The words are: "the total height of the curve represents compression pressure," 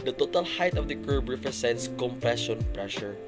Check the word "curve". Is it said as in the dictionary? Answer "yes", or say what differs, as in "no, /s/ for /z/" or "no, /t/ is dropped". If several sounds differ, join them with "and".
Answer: no, /b/ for /v/